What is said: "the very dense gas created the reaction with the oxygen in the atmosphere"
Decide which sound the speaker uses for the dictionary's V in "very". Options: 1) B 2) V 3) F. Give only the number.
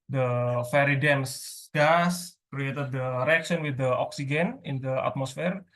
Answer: 3